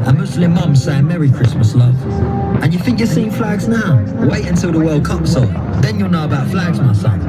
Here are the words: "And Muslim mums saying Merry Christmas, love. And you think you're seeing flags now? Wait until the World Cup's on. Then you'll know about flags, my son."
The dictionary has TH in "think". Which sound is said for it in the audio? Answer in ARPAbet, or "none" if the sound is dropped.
TH